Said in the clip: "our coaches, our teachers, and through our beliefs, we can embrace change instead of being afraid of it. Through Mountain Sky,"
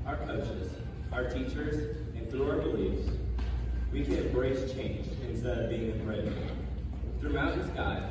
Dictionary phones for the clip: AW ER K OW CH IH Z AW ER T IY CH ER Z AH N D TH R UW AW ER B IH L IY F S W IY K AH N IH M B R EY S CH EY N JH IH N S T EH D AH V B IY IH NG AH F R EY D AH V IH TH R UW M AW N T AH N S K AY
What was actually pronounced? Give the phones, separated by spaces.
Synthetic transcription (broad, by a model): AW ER K OW CH IH Z AW ER T IY CH ER Z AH N TH R UW AW ER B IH L IY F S W IY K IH B R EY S CH EY N JH IH N S T EH D AH V B IY IH NG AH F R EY AH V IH TH R UW AW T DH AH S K AY